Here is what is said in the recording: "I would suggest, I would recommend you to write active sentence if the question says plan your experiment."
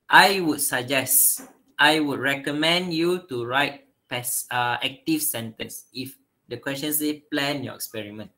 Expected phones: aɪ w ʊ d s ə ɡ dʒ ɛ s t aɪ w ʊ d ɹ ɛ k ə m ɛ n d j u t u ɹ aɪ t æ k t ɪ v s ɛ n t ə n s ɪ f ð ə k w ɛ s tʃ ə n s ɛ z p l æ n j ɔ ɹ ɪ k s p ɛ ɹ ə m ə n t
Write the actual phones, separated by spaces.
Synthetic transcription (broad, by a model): aɪ w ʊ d s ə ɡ dʒ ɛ s t aɪ w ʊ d ɹ ɛ k ə m ɛ n d j u t u ɹ aɪ t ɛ k t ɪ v s ɛ n t ə n s ɪ f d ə k w ɛ s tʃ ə n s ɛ p l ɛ n j ɔ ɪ k s p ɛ ɹ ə m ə n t